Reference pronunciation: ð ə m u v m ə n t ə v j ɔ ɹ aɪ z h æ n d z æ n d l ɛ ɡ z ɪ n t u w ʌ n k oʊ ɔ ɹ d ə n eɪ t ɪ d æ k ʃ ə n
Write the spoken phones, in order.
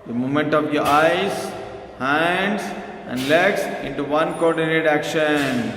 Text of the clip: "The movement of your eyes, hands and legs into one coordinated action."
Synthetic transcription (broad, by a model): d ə m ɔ m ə n t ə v j ɔ ɹ aɪ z h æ n d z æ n d l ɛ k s ɪ n t u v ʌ n k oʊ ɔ ɹ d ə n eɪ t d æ k ʃ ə n